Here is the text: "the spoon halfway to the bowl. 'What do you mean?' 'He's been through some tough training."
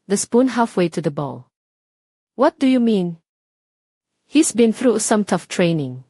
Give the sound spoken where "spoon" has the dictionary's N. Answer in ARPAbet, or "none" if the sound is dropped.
N